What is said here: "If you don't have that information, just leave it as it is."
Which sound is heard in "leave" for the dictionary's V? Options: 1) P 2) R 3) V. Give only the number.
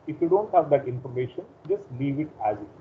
3